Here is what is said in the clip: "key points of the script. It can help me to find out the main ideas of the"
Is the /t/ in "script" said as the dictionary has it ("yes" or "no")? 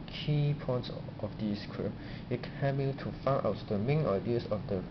no